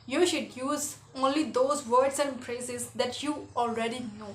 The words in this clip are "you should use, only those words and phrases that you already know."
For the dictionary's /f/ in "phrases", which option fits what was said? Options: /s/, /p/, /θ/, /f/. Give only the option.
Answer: /p/